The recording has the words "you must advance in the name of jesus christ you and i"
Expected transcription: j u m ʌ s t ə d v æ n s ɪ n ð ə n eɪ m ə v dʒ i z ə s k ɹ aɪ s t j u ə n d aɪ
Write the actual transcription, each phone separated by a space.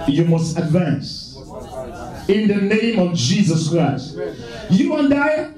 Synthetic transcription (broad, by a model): j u m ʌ s t ə d v æ n s ɪ n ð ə n eɪ m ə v dʒ i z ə s k ɹ aɪ s t j u ə n d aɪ